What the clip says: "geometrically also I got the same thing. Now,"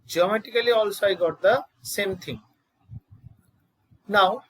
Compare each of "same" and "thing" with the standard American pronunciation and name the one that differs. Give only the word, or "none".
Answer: thing